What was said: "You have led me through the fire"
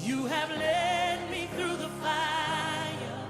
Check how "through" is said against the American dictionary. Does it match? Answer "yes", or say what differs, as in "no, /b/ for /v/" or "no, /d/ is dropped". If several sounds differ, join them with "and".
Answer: yes